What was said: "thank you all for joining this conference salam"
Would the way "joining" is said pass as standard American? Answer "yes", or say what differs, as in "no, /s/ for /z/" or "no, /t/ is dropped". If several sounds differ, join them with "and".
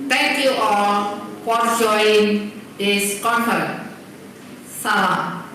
no, /n/ is dropped